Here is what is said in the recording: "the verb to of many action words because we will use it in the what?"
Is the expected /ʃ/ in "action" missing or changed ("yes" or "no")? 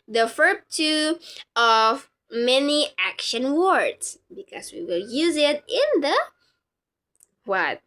no